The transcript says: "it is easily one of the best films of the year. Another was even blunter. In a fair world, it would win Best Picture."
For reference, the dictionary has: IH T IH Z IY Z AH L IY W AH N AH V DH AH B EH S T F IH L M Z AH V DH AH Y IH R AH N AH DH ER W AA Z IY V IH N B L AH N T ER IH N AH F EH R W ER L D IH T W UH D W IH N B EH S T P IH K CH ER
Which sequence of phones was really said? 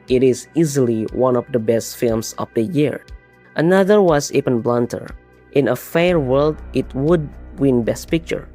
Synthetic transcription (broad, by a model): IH T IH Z IY Z AH L IY W AH N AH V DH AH B EH S T F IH L M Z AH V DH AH Y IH R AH N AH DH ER W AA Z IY P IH N B L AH N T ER IH N AH F EH R W ER L D IH T W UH D W IH N B EH S T P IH K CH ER